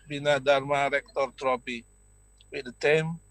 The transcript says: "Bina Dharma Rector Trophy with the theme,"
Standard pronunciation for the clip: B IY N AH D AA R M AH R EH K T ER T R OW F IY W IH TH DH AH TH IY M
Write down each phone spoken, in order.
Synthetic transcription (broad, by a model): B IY N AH D AA R M AH R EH K T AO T R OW P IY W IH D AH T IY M